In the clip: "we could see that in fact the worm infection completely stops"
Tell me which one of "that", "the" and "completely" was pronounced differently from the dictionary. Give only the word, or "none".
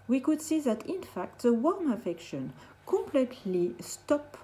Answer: none